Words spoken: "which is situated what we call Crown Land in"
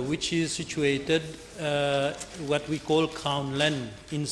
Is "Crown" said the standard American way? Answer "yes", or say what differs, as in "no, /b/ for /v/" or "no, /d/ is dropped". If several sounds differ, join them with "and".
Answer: no, /ɹ/ is dropped